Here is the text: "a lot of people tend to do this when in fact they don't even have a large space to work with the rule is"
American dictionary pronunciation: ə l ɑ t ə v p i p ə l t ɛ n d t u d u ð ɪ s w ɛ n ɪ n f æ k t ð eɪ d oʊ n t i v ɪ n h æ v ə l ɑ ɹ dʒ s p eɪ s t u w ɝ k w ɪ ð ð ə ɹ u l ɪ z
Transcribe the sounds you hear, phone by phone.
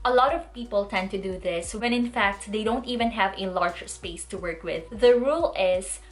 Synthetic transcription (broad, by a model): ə l ɑ t ə v p i p ə l t ɛ n d t u d u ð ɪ s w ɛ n ɪ n f æ k t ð eɪ d oʊ n t i v ɪ n h æ v ə l ɑ ɹ dʒ s p eɪ s t u w ɝ k w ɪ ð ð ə ɹ u l ɪ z